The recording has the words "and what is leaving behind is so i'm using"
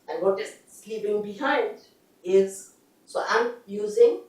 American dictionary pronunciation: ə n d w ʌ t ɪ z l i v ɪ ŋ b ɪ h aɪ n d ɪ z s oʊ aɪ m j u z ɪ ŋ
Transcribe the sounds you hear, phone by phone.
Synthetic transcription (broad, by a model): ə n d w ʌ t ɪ s l i p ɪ ŋ b ɪ h aɪ n d ɪ z s oʊ aɪ m j u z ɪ ŋ